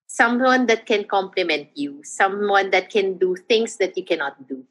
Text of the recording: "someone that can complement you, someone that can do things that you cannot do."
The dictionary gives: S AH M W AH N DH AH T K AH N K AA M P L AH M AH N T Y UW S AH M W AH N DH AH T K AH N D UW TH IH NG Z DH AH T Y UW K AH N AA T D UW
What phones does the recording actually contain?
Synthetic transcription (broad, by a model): S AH M W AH N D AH T K AH N K AA M P L AH M AH N T Y UW S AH M W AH N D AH T K AH N D UW T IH NG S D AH T Y UW K AH N AA T D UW